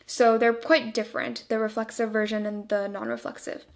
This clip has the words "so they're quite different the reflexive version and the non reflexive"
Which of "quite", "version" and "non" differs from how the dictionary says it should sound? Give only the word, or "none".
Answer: none